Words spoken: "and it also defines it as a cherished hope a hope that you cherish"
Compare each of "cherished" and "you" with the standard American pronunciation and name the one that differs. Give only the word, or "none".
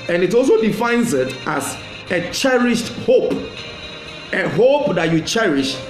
none